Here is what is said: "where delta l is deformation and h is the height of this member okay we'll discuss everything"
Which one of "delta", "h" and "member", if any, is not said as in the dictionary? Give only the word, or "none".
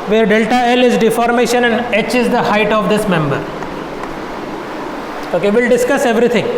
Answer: none